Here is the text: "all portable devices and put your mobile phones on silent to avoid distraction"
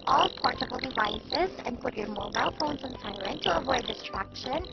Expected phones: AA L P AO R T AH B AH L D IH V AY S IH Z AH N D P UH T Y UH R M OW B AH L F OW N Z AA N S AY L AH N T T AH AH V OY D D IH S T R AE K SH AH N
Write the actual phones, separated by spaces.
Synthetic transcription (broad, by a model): AA L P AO R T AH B L D IH V AY S IH Z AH N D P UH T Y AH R M OW B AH L F OW N Z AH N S AY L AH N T T AH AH V OY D D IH S T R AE K SH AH N